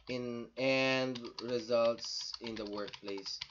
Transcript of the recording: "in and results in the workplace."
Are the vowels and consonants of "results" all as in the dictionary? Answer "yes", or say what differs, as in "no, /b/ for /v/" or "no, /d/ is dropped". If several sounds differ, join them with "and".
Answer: yes